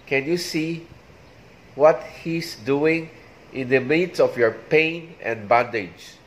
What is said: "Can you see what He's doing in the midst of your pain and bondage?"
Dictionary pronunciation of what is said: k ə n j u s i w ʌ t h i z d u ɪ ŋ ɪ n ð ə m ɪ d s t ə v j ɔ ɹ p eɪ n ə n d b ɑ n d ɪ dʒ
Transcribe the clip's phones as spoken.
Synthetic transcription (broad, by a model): k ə n j u s i w ʌ t h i s d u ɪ ŋ ɪ n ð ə m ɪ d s ə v j ɔ ɹ p eɪ n ə n d b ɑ n d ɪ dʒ